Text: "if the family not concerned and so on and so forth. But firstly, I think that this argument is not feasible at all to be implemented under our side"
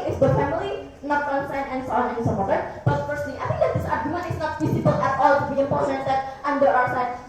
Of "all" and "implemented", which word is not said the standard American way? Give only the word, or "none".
implemented